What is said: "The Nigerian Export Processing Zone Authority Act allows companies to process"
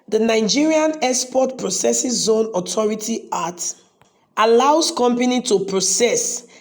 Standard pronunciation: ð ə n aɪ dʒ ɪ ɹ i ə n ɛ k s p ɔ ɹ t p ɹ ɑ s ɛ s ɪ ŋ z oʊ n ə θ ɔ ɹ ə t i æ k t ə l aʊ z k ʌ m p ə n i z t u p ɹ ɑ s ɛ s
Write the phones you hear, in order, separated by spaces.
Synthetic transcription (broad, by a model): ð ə n aɪ dʒ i ɹ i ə n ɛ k s p ɔ t p ɹ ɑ s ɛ s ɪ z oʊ n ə t ɔ ɹ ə t i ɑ t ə l aʊ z k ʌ m p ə n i t u p ɹ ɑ s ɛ s